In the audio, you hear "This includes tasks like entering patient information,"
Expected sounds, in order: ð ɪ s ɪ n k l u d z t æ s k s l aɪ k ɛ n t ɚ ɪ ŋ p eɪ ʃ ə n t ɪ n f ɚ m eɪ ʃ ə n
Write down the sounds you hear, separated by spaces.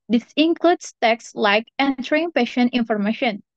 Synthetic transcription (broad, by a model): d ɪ s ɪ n k l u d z t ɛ k s l aɪ k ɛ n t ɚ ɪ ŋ p eɪ ʃ ə n t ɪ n f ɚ m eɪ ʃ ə n